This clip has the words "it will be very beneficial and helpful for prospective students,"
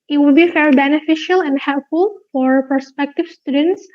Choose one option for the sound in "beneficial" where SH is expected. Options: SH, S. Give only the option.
SH